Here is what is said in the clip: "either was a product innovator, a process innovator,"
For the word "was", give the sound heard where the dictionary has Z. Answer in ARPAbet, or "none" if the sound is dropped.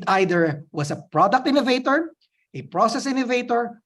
S